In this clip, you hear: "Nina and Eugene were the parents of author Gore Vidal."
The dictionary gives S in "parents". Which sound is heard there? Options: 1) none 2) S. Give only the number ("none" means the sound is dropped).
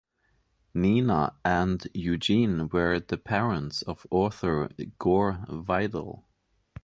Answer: 2